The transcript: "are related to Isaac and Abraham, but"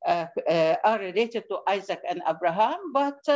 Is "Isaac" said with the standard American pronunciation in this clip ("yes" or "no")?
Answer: yes